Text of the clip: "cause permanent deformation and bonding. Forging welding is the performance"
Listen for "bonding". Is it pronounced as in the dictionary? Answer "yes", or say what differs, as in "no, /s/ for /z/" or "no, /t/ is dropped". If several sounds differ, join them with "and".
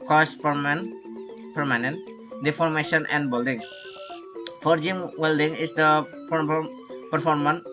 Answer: no, /l/ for /n/